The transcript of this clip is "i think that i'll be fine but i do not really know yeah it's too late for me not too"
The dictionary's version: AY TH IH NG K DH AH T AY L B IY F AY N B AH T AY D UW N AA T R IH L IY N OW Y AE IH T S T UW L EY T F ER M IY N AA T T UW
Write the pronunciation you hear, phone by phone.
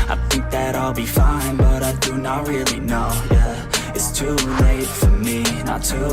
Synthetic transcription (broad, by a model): AY TH IH NG K DH AH T AY L B IY F AY N B AH T AY D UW N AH T R IH L IY N OW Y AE IH T S T UW L EY T F ER M IY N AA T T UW